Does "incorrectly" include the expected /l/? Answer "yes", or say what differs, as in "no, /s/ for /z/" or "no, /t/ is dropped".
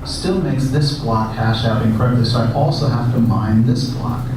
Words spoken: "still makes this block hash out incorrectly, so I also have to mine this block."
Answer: no, /l/ is dropped